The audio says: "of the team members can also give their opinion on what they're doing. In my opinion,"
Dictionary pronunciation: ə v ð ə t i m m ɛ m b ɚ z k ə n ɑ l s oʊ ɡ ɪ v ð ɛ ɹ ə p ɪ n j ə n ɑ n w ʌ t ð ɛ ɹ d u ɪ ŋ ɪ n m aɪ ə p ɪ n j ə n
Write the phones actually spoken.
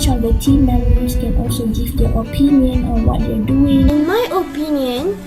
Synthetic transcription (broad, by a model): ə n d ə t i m m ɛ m ɚ s k ə n ɑ l s oʊ ɡ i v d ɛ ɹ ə p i n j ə n ɑ n w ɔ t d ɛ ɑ d u ɪ ŋ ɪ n m aɪ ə p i n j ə n